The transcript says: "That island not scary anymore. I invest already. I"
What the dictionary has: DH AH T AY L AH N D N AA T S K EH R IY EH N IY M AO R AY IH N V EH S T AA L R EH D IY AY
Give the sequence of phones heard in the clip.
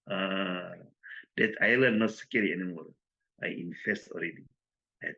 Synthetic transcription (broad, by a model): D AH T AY L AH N N AA T S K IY L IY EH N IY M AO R AY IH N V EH S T AA L R EH D IY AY